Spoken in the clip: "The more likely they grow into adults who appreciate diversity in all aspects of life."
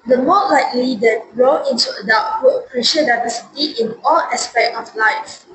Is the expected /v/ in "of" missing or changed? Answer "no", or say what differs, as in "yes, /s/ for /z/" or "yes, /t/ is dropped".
yes, /f/ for /v/